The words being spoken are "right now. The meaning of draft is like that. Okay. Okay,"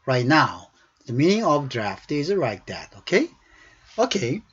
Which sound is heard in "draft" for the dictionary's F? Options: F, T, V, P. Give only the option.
F